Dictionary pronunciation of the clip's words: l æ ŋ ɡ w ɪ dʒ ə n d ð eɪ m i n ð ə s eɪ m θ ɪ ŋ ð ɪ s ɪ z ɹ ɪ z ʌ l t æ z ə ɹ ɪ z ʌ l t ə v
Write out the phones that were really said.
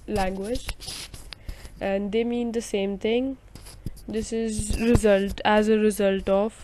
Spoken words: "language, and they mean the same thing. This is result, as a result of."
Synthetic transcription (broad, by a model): l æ ŋ ɡ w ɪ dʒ ə n d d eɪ m i n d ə s eɪ m t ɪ ŋ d ɪ s ɪ z ɹ ɪ z ʌ l t æ z ə ɹ ɪ z ʌ l t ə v